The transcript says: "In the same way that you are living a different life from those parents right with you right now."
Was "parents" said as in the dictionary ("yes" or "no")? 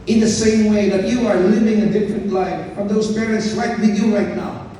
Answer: yes